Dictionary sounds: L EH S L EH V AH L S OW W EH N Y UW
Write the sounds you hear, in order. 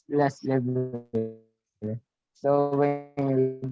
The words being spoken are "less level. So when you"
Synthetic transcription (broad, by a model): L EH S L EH B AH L S OW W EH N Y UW